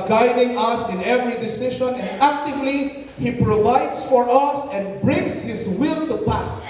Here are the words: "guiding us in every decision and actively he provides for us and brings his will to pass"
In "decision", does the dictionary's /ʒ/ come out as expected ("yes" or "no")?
no